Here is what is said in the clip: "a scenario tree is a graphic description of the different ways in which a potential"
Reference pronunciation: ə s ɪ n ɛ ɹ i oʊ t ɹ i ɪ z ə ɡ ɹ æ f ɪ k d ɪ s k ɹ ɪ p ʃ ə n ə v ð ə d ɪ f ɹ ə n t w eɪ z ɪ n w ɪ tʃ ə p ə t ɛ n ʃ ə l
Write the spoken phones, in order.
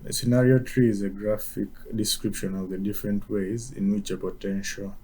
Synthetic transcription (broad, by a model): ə s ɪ n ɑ ɹ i oʊ t ɹ i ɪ z ə ɡ ɹ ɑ f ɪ k d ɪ s k ɹ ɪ p ʃ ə n ə v ð ə d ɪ f ɹ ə n t w eɪ z ɪ n w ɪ tʃ ə p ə t ɛ n ʃ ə l